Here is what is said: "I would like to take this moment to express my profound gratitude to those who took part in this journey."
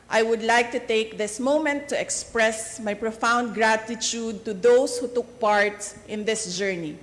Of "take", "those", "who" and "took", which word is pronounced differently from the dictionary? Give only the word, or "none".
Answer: those